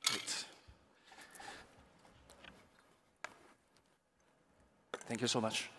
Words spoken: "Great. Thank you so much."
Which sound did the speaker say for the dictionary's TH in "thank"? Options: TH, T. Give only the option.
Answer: TH